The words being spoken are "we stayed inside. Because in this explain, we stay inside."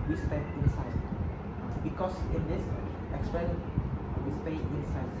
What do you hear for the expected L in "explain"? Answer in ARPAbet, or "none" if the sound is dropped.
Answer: none